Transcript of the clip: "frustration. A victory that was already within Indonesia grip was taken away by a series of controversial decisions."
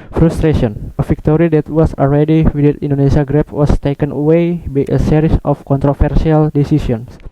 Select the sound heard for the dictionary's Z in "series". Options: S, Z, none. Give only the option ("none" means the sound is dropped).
S